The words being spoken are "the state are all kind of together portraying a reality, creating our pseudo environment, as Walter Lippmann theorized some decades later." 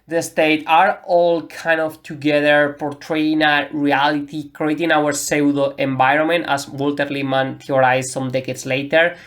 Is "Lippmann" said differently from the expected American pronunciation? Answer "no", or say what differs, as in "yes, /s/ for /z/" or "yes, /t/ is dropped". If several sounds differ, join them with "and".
yes, /p/ is dropped